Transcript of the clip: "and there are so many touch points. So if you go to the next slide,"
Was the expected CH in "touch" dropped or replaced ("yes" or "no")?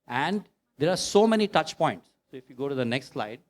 no